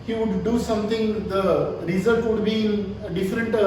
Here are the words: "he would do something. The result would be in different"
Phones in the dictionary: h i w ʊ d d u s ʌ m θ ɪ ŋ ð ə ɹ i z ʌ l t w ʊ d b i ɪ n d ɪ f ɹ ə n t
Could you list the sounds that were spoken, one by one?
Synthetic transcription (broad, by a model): h i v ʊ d d u s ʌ m t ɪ ŋ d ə ɹ i z ʌ l t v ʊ d b i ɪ n d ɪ f ɹ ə n t